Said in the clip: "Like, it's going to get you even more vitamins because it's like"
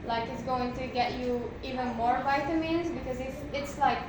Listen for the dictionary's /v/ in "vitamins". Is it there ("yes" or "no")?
yes